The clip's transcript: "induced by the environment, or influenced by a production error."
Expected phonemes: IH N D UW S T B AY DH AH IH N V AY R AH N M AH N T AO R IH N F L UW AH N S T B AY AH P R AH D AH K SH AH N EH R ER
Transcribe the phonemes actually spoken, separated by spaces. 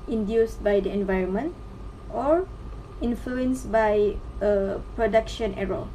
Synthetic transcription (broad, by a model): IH N D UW S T B AY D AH IH N V AY R AH N M AH N T AO R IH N F L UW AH N S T B AY AH P R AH D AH K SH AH N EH R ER